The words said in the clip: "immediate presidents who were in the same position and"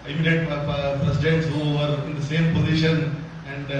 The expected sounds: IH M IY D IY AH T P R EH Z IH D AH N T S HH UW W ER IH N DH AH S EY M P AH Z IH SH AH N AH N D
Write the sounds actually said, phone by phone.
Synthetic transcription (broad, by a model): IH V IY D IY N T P R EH S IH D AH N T S HH UW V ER IH N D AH S EY M P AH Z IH SH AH N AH N D